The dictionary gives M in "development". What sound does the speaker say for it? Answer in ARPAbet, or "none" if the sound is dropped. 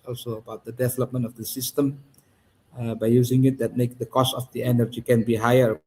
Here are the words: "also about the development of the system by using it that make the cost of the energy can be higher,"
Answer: M